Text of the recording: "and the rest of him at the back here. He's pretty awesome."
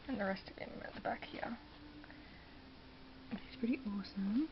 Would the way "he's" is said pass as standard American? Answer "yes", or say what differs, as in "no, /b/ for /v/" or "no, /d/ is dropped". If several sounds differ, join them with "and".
no, /s/ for /z/